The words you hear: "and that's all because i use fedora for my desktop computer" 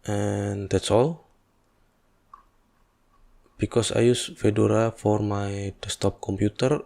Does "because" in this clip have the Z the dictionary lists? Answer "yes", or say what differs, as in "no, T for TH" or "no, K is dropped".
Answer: no, S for Z